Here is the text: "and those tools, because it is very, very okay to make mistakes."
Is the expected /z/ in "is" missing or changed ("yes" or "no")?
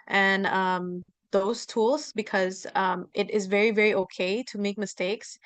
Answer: no